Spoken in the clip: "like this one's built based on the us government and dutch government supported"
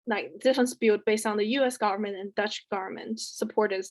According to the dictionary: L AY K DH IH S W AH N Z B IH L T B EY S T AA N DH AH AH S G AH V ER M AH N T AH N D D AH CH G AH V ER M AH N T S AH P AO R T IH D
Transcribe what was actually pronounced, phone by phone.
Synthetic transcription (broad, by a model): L AY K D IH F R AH N S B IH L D B EY S T N DH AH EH S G AH V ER M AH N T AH N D D AH CH G AH V ER M AH N T S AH P AO R T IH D